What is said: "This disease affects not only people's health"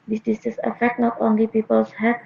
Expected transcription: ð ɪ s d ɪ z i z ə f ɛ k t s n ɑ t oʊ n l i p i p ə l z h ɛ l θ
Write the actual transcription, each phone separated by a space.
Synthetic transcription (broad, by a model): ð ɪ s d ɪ s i s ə f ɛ k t n ɑ t oʊ n l i p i p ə l s h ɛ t